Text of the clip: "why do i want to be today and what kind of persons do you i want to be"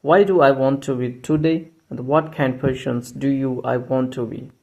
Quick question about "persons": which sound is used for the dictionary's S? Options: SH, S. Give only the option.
SH